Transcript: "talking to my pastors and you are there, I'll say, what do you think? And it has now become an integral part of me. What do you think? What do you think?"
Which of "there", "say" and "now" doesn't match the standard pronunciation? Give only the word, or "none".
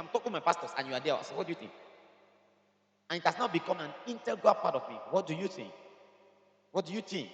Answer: there